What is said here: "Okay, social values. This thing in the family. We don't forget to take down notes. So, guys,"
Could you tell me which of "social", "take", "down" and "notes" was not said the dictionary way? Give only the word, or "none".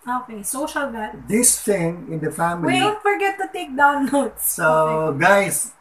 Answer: notes